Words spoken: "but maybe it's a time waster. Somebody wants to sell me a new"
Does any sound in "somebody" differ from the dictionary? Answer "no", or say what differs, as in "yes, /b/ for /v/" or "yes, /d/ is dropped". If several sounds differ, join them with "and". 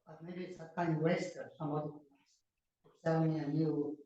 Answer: yes, /b/ is dropped